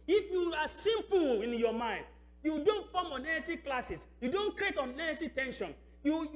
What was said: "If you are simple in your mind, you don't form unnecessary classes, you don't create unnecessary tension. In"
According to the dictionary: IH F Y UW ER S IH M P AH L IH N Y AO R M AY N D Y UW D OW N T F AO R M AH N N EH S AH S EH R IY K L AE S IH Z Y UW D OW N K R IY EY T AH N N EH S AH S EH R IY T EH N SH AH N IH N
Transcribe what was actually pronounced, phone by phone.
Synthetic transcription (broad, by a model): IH F Y UW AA S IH M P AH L IH N Y AO M AY N D Y UW D OW N T F AO M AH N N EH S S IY K L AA S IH S Y UW D OW N K R IY EY T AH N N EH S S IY T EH N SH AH N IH